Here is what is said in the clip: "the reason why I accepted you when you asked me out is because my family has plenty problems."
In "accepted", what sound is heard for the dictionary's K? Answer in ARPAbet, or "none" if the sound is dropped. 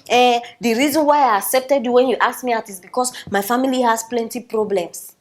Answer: K